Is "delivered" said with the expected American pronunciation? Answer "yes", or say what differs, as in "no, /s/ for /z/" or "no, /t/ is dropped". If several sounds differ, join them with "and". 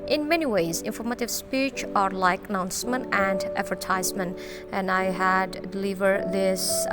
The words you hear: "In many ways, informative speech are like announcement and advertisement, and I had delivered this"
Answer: yes